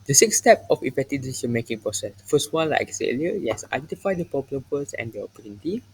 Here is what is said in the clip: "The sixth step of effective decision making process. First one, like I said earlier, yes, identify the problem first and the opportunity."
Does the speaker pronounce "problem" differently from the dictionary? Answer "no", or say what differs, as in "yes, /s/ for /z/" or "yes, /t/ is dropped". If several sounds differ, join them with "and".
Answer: yes, /ɹ/ is dropped